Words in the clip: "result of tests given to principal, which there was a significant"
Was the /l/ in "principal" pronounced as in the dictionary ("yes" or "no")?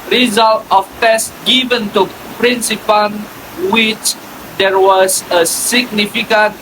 no